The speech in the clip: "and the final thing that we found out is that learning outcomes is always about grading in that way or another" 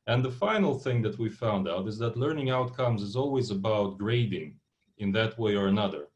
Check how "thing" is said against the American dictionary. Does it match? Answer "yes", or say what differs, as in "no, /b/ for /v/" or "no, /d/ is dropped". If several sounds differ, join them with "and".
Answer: yes